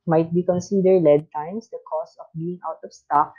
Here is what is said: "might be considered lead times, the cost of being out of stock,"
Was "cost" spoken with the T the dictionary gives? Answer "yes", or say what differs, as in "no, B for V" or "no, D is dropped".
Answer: no, T is dropped